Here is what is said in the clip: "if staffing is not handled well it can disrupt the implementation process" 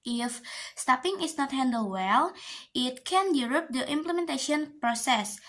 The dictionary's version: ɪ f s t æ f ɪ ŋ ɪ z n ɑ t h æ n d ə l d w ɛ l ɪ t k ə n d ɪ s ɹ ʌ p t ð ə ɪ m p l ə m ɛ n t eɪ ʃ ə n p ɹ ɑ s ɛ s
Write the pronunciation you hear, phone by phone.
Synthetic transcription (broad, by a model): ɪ f s t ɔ p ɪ ŋ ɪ s n ɑ t h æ n d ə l w ɛ l ɪ t k ə n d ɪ ɹ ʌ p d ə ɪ m p l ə m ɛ n t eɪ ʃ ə n p ɹ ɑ s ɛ s